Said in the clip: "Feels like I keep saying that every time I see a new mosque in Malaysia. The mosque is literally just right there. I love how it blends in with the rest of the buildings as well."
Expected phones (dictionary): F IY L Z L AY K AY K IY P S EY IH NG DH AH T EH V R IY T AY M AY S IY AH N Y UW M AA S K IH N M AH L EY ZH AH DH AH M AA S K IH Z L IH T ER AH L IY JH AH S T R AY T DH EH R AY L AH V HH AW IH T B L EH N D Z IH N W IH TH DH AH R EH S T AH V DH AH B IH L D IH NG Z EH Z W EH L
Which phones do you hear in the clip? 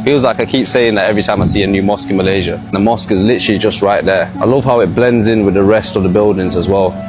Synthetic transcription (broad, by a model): F IY L Z L AY K AY K IY P S EY IH NG DH AH T EH V R IY T AY M AY S IY AH N Y UW M AA S K IH N M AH L EY ZH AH DH AH M AA S K IH Z L IH T ER AH L IY JH AH S T R AY T DH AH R AY L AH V HH AW IH T B L EH N D Z IH N W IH DH AH R EH S T AH V DH AH B IH L D IH NG Z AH Z W EH L